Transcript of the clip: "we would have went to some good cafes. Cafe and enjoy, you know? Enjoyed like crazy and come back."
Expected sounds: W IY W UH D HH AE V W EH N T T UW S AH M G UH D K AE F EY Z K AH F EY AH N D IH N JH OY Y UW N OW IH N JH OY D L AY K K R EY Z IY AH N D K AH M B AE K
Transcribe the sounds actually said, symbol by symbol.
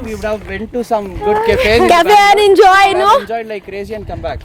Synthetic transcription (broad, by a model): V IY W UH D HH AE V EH N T T UW S AH M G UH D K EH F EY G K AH EY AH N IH N JH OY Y N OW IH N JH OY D L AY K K R EY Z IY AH N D K AH M B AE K